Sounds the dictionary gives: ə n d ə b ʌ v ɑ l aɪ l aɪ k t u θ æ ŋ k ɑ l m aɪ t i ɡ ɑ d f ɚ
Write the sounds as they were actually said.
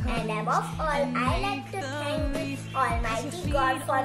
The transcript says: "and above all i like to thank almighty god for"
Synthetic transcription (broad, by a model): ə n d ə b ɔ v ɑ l aɪ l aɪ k t u s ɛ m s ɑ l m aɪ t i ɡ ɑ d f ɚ